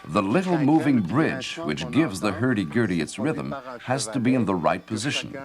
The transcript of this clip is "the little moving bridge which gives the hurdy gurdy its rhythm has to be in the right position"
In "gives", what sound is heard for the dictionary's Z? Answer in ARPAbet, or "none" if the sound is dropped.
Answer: Z